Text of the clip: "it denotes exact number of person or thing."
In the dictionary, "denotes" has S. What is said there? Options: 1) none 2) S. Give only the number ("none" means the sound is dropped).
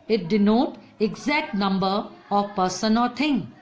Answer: 1